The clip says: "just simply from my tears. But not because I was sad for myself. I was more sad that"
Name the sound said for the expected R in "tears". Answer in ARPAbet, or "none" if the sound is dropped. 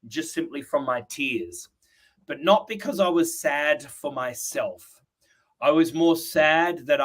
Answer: R